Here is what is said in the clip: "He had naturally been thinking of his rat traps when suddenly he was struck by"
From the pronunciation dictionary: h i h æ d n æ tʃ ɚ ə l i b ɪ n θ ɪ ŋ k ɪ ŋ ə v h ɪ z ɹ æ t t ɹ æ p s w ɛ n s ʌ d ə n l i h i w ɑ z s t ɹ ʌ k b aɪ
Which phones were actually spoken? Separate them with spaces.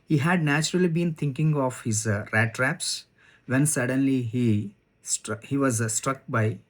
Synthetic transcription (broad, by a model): h i h æ d n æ tʃ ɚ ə l i b ɪ n t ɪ ŋ k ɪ ŋ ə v h ɪ z ɹ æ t t ɹ æ p s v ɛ n s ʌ d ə n l i h i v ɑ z s t ɹ ʌ k b aɪ